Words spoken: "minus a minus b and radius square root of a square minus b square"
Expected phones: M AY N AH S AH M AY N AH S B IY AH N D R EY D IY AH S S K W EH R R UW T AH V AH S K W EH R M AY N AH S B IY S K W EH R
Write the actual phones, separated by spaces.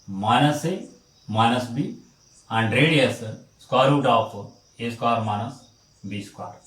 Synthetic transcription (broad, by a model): M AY N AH S AH M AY N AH S B IY AH N D R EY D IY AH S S K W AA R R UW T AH P AH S K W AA R M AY N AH S B IY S K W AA R